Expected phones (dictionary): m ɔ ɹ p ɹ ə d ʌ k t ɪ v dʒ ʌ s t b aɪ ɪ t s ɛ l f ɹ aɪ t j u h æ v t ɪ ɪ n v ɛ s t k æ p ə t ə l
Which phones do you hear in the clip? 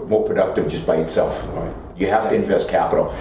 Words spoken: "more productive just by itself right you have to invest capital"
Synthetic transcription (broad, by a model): m ɔ ɹ p ɹ ə d ʌ k t ɪ v dʒ ʌ s b aɪ ɪ t s ɛ l f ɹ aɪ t j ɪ h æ f t ɪ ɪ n v ɛ s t k æ p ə t l